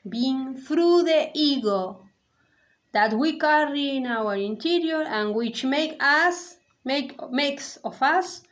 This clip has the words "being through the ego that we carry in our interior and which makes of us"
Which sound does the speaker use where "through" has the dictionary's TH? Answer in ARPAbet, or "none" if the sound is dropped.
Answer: F